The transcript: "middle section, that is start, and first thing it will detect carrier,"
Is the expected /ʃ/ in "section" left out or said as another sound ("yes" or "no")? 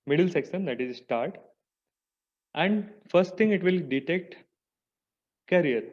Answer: yes